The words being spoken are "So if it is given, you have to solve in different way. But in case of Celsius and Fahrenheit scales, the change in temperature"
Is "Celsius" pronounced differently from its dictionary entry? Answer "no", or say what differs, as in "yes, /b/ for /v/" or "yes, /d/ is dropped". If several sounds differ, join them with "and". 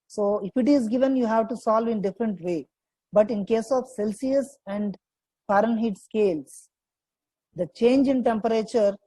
no